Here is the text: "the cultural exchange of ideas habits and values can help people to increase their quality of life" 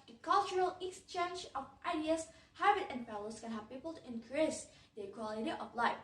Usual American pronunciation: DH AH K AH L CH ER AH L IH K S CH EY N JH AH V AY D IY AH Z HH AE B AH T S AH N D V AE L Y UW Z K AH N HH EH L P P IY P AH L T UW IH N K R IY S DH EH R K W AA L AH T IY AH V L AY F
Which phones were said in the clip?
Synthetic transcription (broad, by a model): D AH K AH L CH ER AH L IH K S CH EY N JH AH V AY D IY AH S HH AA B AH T AH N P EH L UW S K AH N HH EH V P P IY P AH L T UW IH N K R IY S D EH K W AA L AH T IY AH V L AY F